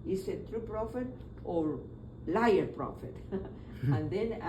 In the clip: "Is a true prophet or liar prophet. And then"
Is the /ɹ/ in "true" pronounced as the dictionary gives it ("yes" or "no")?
yes